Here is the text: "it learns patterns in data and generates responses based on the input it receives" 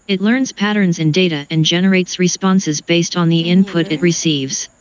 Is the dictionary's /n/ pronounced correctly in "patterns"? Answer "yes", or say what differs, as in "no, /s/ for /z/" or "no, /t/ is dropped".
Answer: yes